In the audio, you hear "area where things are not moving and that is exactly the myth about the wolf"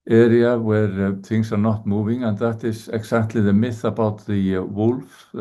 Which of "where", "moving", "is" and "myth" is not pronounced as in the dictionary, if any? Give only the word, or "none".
is